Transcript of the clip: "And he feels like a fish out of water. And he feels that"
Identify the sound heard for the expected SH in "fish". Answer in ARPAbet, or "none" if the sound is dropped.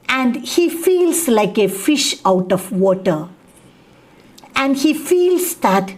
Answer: SH